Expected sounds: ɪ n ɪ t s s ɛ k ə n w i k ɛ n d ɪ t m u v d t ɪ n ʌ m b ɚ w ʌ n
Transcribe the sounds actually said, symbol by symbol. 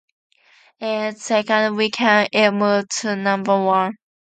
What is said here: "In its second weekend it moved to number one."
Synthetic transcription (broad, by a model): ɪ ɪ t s s ɛ k ə n w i k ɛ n ɪ t m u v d t ɪ n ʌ m b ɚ w ʌ n